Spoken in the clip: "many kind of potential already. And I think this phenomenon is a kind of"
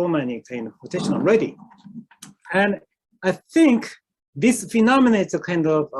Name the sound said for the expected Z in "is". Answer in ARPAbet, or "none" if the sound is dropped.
S